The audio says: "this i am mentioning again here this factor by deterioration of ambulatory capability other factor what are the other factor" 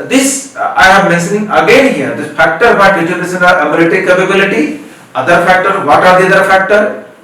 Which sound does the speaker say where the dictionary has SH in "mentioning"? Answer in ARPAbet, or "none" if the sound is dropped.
S